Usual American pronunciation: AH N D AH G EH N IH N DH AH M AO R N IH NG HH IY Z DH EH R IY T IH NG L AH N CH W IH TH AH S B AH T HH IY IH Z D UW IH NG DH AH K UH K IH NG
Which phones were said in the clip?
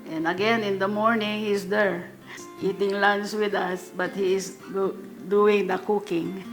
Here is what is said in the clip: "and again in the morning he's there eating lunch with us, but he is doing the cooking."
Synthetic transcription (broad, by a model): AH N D AH G EH N IH N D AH M AO R N IH NG HH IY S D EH R IY T IH NG L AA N S W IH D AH S B AH T HH IY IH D D UW IH NG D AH K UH K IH NG